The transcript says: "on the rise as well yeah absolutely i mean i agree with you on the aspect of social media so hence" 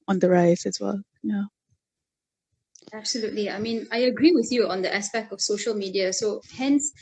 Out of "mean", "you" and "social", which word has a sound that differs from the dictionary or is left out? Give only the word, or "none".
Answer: none